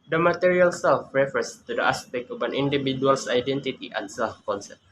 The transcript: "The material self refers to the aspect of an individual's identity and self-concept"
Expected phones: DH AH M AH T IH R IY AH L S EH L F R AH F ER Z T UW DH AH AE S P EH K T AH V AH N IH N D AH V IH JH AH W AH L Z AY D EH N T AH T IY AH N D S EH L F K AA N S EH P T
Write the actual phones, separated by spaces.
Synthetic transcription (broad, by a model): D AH M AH T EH R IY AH L S EH L F R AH F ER S T UW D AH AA S P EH K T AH P AH N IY N D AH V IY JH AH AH L S AY D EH N T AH T IY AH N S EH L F K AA N S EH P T